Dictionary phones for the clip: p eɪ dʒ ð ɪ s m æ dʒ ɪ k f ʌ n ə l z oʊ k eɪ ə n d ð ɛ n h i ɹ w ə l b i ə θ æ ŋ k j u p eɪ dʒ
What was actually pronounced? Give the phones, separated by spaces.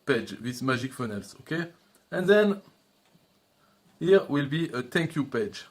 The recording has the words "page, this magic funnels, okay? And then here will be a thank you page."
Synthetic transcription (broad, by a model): p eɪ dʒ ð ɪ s m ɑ ʒ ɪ k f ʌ n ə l s oʊ k eɪ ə n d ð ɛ n h i ɹ w ə l b i ə t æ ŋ k j u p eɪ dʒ